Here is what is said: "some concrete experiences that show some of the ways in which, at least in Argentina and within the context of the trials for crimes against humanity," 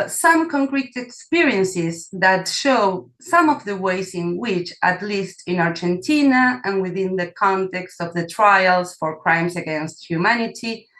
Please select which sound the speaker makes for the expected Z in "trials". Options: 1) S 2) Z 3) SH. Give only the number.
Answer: 1